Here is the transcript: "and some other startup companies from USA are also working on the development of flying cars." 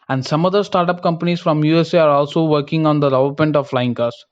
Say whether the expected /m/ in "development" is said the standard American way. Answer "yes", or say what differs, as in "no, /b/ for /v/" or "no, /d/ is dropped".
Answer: no, /m/ is dropped